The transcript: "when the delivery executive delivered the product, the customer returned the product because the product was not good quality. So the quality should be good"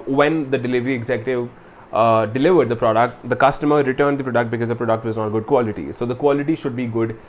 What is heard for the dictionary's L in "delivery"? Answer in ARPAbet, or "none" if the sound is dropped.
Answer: L